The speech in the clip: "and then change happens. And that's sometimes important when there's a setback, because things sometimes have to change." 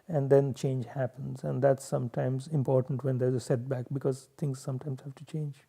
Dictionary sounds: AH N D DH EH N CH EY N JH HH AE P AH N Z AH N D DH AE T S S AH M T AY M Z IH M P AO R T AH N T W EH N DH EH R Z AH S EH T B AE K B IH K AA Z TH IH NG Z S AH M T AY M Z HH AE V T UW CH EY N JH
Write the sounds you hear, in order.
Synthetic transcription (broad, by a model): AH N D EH N CH EY N JH HH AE P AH N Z AH N D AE T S S AH M T AY M Z IH M P AO R T AH N T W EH N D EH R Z AH S EH T B AE K B IH K AA Z T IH NG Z S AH M T AY M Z HH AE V T UW CH EY N JH